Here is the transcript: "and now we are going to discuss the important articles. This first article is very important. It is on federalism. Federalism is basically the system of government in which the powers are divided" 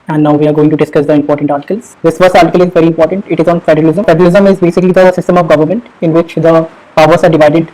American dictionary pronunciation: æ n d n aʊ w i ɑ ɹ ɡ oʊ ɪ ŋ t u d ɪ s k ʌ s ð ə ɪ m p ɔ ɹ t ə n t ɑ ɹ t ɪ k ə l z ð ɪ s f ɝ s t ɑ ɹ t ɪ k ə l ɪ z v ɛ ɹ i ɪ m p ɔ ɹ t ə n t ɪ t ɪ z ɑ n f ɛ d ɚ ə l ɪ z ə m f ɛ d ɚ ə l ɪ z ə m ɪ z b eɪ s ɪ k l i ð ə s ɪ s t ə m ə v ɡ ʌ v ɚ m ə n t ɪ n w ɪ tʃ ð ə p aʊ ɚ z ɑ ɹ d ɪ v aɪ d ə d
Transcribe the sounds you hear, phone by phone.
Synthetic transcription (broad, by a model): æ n d n aʊ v i ɑ ɹ ɡ oʊ ɪ ŋ t u d ɪ s k ʌ s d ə ɪ m p ɔ ɹ t ə n t ɑ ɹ t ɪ k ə l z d ɪ s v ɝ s ɑ ɹ t ɪ k ə l ɪ z v ɛ ɹ i ɪ m p ɔ ɹ t ə n t ɪ t ɪ z ɑ n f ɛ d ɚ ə l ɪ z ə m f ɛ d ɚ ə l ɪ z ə m ɪ z b eɪ s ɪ k l i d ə s ɪ s t ə m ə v ɡ ʌ v ɚ m ə n t ɪ n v ɪ tʃ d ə p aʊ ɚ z ɑ ɹ d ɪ v aɪ d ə d